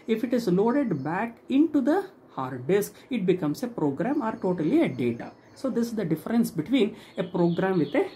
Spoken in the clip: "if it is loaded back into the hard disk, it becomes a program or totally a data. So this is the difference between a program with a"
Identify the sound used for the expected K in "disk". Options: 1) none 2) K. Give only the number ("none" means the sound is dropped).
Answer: 2